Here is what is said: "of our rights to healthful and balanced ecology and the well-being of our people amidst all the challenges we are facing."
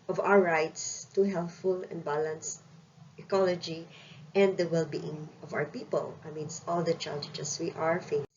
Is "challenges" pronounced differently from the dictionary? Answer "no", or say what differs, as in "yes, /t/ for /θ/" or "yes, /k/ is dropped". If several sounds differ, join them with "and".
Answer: yes, /n/ is dropped